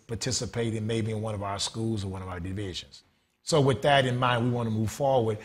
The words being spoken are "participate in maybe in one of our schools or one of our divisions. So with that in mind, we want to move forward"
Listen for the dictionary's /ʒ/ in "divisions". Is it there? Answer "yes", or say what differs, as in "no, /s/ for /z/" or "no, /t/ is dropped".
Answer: yes